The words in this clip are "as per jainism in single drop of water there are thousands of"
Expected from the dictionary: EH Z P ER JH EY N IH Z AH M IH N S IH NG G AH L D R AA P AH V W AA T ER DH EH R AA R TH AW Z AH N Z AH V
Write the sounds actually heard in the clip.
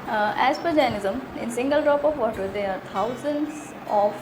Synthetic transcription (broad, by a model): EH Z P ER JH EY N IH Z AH M IH N S IH NG G AH L D R AA P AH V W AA T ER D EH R AA R T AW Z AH N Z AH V